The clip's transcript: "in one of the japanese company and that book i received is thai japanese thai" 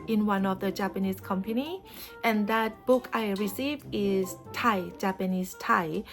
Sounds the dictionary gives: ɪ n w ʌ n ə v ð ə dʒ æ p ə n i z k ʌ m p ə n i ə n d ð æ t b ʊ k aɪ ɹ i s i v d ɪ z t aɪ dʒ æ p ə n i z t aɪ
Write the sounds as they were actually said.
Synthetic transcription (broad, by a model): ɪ n w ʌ n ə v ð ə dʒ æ p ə n i s k ʌ m p ə n i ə n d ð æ t b ʊ k aɪ ɹ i s i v ɪ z t aɪ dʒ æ p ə n i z t aɪ